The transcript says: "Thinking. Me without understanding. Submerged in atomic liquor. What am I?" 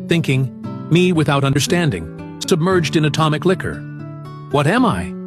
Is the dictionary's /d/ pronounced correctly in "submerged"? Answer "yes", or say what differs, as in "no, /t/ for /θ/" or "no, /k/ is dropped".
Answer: yes